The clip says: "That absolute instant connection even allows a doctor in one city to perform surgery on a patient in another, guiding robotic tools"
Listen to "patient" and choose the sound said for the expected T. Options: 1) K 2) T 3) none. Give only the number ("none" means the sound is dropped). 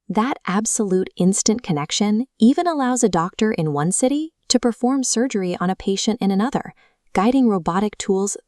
2